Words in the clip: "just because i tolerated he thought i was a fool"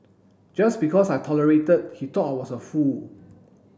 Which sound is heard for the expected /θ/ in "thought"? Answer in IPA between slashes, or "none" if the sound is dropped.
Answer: /t/